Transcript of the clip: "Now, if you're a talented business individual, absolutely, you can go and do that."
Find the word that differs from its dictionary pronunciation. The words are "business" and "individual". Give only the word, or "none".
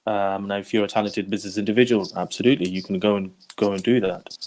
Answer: none